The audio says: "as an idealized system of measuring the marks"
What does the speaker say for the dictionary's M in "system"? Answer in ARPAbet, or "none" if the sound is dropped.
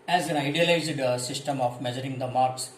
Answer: M